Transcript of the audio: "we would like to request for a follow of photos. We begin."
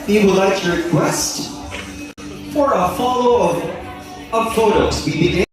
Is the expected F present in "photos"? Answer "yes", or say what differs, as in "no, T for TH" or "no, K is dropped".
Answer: no, P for F